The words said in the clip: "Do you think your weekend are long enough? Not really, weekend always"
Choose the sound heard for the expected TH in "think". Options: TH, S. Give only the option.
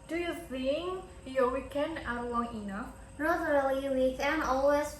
S